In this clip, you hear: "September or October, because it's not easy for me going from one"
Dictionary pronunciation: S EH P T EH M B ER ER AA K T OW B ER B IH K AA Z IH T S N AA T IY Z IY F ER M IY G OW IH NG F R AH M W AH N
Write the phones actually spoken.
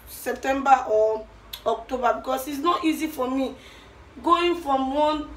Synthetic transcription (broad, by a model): S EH P T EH M B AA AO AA K T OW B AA B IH K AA S IH T S N AA T IY Z IY F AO M IY G OW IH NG F R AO M W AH N